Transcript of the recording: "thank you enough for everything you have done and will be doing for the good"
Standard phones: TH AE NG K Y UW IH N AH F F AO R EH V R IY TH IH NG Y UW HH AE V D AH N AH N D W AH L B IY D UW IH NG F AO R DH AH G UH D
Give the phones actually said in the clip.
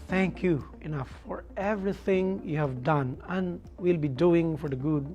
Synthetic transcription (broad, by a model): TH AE NG K Y UW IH N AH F F AO R EH V R IY TH IH NG Y UW HH AE V D AH N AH N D W AH L B IY D UW IH NG F AO R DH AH G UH D